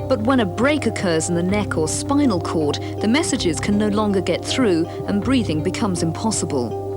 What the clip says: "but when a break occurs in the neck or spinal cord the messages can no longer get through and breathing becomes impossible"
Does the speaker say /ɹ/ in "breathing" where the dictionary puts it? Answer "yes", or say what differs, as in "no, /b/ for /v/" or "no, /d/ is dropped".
yes